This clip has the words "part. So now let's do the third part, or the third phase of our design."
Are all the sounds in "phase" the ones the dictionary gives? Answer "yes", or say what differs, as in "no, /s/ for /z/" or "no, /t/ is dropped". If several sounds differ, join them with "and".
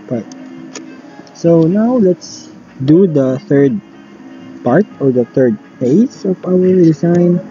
no, /p/ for /f/ and /s/ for /z/